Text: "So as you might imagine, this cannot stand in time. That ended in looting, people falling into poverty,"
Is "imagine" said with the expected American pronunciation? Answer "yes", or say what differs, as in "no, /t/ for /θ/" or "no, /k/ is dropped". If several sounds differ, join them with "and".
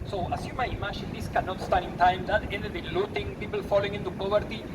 no, /ʃ/ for /dʒ/